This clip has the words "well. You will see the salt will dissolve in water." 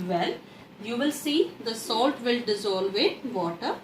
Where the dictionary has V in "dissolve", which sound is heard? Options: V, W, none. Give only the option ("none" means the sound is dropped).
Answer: V